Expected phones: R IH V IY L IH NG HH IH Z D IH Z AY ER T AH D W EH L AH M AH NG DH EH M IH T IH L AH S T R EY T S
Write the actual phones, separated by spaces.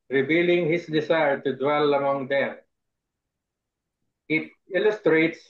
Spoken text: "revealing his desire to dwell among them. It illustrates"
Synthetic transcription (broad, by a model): R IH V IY L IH NG HH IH S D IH S AY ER T AH D W EH L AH M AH NG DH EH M IH T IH L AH S T R EY T S